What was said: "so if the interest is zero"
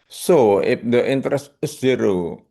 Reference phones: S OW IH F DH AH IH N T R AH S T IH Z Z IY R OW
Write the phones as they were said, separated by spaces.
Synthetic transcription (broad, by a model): S OW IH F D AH IH N T R AH S T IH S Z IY R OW